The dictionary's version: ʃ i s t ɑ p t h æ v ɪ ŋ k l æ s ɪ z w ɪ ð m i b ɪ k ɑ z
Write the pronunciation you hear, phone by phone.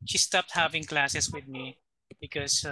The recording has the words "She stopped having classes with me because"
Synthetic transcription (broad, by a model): ʃ i s t ɑ p t h æ v ɪ ŋ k l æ s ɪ s w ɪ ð m i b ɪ k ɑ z